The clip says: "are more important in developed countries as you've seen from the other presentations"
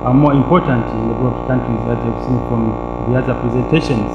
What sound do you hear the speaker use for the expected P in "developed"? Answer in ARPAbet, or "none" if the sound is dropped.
none